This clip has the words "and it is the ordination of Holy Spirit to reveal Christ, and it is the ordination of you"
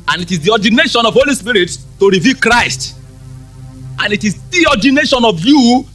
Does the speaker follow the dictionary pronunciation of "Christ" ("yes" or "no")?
yes